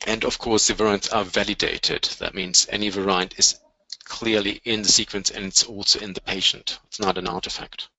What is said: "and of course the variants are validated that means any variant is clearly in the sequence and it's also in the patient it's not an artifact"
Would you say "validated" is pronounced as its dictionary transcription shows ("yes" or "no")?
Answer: yes